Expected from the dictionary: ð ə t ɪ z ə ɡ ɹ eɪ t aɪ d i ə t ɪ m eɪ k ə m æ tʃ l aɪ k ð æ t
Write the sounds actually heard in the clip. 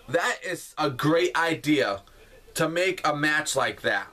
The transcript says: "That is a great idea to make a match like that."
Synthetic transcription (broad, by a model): ð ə t ɪ z ə ɡ ɹ eɪ t aɪ d i ə t ɪ m eɪ k ə m æ tʃ l aɪ k ð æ t